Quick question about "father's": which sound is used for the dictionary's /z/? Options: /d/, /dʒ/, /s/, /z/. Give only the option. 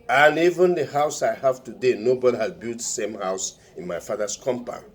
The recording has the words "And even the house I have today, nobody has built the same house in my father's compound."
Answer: /s/